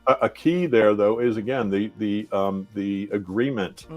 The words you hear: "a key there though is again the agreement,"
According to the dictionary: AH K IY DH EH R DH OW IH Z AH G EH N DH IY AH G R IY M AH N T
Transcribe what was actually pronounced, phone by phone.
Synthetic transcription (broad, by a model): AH K IY DH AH R DH OW IH Z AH G EH N DH IY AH G R IY M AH N T